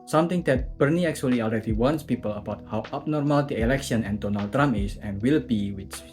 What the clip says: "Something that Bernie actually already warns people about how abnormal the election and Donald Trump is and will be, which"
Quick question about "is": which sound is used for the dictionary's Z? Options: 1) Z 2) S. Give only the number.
2